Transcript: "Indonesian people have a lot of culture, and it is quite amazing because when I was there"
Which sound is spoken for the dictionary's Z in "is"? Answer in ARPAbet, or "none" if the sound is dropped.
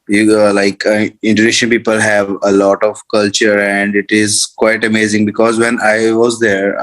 Z